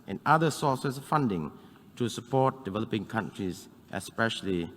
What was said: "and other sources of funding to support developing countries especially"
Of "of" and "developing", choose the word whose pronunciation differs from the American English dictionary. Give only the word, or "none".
of